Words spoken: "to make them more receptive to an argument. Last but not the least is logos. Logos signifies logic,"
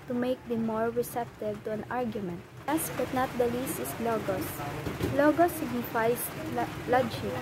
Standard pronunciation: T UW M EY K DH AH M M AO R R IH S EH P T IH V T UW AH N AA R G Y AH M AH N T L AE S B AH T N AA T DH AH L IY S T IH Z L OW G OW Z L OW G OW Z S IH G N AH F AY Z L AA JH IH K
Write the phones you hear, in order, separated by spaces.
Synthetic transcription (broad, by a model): T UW M EY K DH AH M M AO R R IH S EH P T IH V T UW AH N AA R G Y AH M AH N T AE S B AH T N AA T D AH L IY S T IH S L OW G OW S L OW G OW S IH G N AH F AY S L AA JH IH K